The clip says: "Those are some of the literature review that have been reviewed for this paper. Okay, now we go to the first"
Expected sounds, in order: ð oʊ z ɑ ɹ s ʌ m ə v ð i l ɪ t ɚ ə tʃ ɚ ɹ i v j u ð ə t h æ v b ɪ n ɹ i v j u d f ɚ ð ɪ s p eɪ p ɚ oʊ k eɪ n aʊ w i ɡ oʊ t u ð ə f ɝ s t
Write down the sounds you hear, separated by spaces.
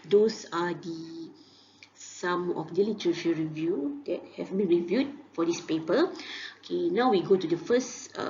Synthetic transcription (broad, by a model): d oʊ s ɑ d s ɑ m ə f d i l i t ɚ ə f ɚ ɹ i v j u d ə t h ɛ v b ɪ n ɹ i v j u d f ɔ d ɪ s p eɪ p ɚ oʊ k eɪ n aʊ w i ɡ oʊ t u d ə f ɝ s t